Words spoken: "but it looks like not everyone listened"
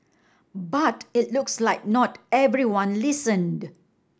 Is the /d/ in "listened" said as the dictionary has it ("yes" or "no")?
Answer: yes